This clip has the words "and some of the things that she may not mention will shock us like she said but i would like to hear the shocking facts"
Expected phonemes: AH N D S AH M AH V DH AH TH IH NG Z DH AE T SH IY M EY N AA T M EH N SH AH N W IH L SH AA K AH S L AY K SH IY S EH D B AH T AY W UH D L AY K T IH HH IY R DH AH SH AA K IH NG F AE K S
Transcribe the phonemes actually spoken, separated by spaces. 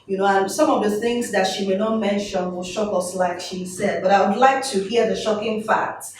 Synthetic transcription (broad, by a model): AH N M S AH M AH V DH AH TH IH NG Z DH AE T SH IY M EY N AA T M EH N SH AH N W IH L SH AA K AH S L AY K SH IY S EH D B AH T AY W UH D L AY K T IH HH IY R DH AH SH AA K IH NG F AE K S